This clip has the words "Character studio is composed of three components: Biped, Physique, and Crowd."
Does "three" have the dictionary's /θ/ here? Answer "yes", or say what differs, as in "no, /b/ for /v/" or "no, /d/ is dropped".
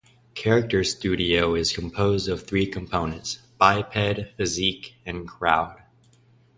yes